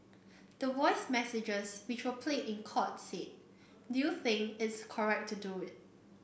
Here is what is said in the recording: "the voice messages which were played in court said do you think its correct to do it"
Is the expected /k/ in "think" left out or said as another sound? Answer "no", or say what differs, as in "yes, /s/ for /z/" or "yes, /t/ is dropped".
yes, /k/ is dropped